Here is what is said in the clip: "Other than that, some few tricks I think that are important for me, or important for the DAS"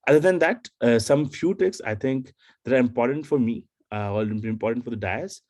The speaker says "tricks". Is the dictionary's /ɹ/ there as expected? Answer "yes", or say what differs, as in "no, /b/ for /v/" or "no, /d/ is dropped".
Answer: no, /ɹ/ is dropped